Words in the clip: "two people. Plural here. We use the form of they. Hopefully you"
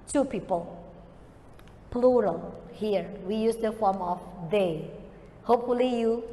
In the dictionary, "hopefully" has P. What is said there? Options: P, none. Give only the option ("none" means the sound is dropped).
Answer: P